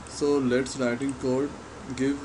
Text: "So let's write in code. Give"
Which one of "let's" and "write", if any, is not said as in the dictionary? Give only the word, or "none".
none